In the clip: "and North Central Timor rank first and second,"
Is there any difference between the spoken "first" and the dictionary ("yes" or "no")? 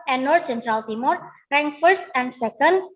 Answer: no